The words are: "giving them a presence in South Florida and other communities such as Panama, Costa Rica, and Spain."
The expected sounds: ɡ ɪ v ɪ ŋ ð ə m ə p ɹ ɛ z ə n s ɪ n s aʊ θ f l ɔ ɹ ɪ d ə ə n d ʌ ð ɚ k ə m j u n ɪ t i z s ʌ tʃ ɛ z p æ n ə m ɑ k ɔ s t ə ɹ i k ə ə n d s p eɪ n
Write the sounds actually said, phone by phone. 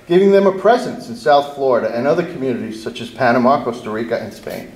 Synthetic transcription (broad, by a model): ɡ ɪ v ɪ ŋ ð ə m ə p ɹ ɛ z ə n s ɪ n s aʊ θ f l ɔ ɹ ɪ d ə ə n ʌ ð ɚ k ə m j u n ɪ t i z s ʌ tʃ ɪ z p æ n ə m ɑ k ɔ s t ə ɹ i k ə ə n s p eɪ n